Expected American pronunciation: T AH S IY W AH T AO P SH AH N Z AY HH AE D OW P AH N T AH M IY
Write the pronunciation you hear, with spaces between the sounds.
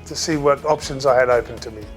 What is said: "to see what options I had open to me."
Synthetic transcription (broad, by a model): T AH S IY W AH T AO P SH AH N Z AY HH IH D OW P AH N T AH M IY